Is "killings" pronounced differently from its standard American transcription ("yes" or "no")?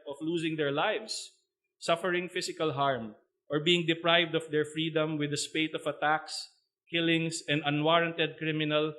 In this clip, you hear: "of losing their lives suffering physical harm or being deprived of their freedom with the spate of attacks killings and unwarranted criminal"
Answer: yes